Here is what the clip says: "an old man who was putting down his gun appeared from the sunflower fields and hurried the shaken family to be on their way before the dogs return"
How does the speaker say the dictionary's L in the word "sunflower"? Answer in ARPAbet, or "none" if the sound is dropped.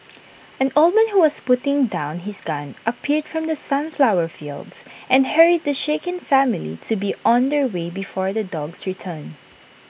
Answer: L